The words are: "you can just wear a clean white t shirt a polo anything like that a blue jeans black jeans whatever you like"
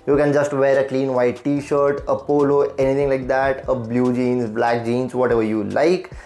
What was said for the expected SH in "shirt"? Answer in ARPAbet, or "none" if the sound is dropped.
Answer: SH